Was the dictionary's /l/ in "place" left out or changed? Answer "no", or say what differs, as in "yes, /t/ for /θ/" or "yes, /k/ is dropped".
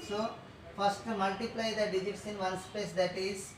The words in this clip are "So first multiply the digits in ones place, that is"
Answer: yes, /l/ is dropped